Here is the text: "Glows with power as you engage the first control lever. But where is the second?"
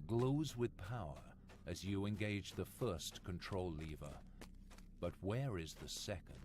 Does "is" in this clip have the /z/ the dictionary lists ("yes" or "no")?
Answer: yes